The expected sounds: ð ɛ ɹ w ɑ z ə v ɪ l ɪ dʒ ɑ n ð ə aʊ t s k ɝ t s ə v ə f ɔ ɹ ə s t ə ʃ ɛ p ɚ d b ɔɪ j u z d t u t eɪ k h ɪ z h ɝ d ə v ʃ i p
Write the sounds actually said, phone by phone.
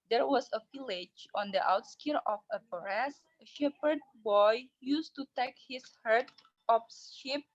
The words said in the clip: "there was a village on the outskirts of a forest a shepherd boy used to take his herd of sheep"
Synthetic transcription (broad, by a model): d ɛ ɹ w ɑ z ə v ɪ l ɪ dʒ ɑ n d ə aʊ t s k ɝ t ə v ə p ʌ ɹ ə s ə ʃ ɛ p ɚ d b ɔɪ j u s t u t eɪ k h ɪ s h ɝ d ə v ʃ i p